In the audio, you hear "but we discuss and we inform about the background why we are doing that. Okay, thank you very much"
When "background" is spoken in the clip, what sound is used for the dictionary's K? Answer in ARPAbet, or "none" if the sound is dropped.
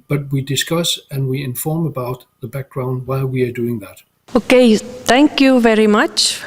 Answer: K